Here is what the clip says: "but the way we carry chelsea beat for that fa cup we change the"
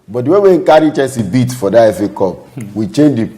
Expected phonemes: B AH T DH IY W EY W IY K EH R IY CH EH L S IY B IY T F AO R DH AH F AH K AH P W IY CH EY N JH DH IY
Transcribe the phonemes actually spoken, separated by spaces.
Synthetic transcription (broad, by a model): B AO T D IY W EY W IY K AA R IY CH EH N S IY B IY T F AO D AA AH F AH K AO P W IY CH EY N JH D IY